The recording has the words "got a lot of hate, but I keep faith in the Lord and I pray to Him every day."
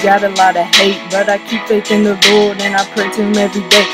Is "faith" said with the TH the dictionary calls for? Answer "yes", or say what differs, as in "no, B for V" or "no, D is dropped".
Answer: no, S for TH